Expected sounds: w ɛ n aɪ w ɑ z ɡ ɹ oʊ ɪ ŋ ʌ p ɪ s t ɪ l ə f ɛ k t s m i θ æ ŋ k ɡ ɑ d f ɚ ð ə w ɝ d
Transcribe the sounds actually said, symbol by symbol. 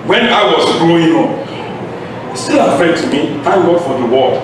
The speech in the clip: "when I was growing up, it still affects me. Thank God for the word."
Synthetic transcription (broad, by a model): w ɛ n aɪ w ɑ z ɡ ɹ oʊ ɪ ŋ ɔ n s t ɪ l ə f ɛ t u m i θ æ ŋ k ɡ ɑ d f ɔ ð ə w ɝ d